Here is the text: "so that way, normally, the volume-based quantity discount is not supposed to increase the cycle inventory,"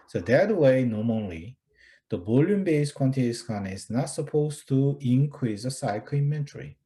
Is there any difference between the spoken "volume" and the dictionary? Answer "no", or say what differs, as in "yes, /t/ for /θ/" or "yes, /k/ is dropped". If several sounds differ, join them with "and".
yes, /b/ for /v/